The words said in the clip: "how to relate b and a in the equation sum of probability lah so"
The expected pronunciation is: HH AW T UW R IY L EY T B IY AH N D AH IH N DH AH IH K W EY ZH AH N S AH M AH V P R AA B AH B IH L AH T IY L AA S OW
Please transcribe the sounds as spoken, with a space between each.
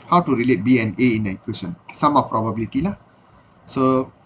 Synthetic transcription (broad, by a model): HH AW T UW R IY L EY T B IY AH N AH IH N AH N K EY S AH N S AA M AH P R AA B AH B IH L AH T IY L AA S OW